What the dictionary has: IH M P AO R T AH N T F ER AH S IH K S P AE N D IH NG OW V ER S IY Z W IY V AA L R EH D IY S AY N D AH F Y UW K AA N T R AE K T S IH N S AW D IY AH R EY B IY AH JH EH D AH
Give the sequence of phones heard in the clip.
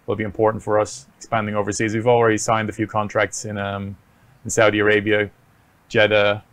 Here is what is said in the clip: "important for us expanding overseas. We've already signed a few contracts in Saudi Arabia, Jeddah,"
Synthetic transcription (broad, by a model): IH M P AO R T N T F ER AH S IH K S P AE N D IH NG OW V ER S IY Z W IY V AA L R EH D IY S AY N D AH F Y UW K AA N T R AE K T S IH N S AW D IY AH R EY B IY AH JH EH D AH